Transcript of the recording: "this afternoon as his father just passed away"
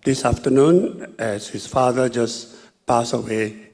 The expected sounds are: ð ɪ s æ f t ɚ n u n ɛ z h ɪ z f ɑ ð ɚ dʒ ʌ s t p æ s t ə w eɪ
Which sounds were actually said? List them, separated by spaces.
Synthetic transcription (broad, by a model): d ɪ s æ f t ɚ n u n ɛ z h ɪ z f ɑ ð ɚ dʒ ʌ s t p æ s ə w eɪ